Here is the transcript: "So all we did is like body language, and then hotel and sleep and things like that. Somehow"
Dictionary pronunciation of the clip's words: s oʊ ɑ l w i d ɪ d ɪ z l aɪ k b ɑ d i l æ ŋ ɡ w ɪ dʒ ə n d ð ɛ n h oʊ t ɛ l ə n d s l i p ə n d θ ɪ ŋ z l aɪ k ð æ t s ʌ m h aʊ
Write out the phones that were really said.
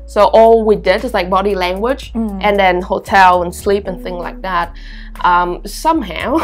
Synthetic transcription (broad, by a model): s oʊ ɑ l w i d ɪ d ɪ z l aɪ k b ɑ d i l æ ŋ ɡ w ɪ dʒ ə n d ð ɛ n h oʊ t ɛ l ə n s l i p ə n θ ɪ ŋ z l aɪ k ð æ t s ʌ m h aʊ